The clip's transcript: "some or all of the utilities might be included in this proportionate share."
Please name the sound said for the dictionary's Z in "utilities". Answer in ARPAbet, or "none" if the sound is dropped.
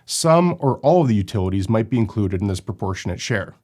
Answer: Z